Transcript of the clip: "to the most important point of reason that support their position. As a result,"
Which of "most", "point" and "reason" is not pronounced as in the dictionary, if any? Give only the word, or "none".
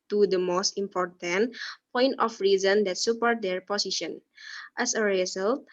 none